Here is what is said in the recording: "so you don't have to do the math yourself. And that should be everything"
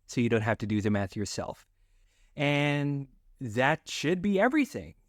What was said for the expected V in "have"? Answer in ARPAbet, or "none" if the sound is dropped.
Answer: F